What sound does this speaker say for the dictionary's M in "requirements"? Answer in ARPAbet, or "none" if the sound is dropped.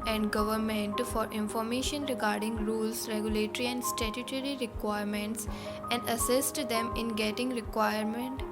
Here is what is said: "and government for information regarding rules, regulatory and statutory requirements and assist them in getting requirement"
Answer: M